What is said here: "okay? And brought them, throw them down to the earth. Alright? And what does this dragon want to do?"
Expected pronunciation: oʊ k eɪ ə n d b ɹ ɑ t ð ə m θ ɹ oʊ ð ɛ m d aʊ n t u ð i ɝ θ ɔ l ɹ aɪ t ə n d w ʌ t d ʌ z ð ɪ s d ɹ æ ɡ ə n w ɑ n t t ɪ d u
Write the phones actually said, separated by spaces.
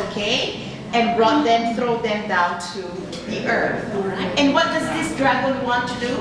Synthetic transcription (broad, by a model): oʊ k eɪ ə n b ɹ ɑ t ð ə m θ ɹ oʊ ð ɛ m d aʊ n t u ð i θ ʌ ɹ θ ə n w ʌ t d ʌ z ð ɪ s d ɹ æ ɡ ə l w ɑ n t t ɪ d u